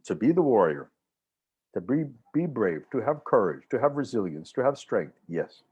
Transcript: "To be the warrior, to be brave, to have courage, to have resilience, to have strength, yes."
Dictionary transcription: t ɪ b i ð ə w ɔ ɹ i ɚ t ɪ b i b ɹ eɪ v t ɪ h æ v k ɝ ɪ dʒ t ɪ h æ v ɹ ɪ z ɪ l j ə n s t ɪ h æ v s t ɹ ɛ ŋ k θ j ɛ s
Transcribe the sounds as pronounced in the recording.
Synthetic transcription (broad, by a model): t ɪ b i ð ə w ɔ ɹ i ɚ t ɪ b i b ɹ eɪ v t ɪ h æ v k ɝ ɪ dʒ t ɪ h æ v ɹ ɪ z ɪ l j ə n s t ɪ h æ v s t ɹ ɛ ŋ k θ j ɛ s